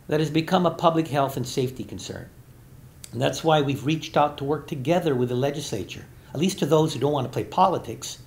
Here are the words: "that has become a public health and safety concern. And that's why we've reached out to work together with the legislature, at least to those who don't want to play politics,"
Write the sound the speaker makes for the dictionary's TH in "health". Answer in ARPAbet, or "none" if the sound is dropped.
TH